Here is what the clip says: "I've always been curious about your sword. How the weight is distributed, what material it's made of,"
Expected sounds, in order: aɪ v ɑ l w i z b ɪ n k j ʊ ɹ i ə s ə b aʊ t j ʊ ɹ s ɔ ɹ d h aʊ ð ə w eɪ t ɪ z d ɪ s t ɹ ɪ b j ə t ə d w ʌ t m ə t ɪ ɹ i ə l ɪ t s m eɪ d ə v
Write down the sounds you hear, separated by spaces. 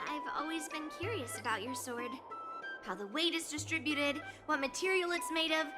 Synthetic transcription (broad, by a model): aɪ v ɑ l w i z b ɪ n k j ʊ ɹ i ə s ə b aʊ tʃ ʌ ɹ s ɔ ɹ d h aʊ ð ə w eɪ t ɪ z d ɪ s t ɹ ɪ b j ə t ə d w ʌ t m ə t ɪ ɹ i l ɪ t s m eɪ d ə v